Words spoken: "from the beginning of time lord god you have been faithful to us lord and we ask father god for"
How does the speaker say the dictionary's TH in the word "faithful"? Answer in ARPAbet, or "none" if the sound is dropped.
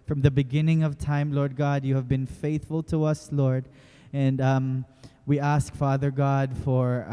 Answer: TH